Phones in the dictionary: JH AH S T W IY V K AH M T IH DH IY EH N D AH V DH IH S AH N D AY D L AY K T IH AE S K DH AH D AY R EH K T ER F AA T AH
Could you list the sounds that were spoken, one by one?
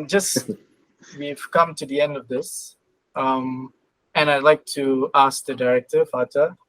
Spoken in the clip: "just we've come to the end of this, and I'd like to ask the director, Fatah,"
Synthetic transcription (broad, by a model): JH AH S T W IY V K AH M T IH DH IY EH N D AH V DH IH S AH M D AY D L AY K T IH AE S K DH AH D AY R EH K T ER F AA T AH